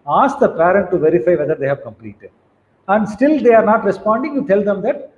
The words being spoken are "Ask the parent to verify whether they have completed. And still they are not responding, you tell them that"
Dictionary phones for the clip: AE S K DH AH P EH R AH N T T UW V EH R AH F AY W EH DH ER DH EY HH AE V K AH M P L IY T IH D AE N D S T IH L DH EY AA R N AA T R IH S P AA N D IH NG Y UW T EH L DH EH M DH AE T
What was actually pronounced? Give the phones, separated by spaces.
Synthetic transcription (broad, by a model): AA S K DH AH P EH R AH N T T UW V EH R AH F AY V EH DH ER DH EY HH AE V K AH M P L IY T IH D AE N D S T IH L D EY AA R N AA T R IH S P AA N D IH NG Y UW T EH L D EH M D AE T